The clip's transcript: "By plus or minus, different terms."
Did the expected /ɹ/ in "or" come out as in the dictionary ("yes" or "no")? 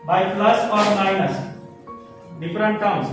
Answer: yes